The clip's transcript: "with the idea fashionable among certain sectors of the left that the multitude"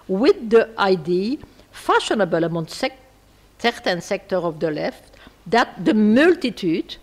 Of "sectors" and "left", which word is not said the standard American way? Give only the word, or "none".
sectors